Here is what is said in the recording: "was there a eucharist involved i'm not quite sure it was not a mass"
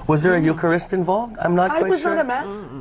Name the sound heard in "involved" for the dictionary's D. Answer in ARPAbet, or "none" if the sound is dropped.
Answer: D